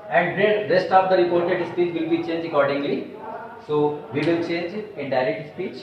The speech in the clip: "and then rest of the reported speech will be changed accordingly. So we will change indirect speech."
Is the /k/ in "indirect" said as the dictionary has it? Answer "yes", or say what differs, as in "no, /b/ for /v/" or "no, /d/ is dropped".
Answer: no, /k/ is dropped